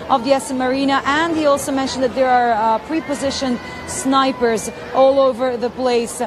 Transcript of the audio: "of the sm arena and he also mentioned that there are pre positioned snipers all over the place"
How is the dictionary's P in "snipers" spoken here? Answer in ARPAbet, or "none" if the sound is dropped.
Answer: P